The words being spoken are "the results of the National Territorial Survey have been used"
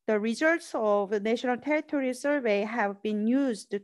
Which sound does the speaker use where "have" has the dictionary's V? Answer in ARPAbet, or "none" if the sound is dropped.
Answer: V